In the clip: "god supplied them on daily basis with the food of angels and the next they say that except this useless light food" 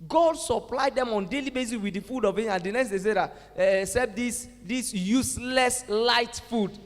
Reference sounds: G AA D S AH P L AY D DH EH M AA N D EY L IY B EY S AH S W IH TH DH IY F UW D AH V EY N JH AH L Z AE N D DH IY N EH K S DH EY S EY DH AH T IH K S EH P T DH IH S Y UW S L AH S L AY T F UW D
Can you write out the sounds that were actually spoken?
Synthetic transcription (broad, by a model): G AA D S AH P L AY D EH M AA N D EY L IY B EY S AH S W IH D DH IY F UW D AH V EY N AH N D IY N EH K S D EY S EY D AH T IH S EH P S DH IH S Y UW S L AH S L AY T F UW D